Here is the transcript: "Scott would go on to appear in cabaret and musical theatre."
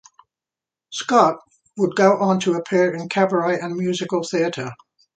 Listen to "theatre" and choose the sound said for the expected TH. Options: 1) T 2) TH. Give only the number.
2